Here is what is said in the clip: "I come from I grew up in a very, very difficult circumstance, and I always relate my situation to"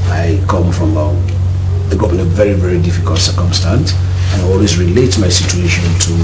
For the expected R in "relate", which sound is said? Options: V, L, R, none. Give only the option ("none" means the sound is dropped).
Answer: R